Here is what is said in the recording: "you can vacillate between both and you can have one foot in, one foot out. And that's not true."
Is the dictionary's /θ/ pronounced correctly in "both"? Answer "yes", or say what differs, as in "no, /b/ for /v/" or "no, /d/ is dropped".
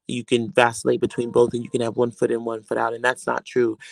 yes